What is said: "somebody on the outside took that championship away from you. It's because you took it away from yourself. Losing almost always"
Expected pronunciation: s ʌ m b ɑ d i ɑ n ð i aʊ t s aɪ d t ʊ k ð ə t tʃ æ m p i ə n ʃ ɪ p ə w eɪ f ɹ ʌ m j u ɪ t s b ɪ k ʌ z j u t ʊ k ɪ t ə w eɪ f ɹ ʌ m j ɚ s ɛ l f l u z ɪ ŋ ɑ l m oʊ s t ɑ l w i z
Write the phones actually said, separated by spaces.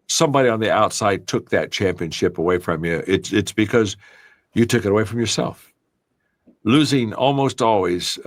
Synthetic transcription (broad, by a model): s ʌ m b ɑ d i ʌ n ð i aʊ t s aɪ d t ʊ k ð ə t tʃ æ m p i ə n ʃ ɪ p ə w eɪ f ɹ ʌ m j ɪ ɪ t s b ɪ k ʌ z j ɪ t ʊ k ɪ t ə w eɪ f ɹ ʌ m j ɚ s ɛ l f l u z ɪ ŋ ɑ l m oʊ s t ɑ l w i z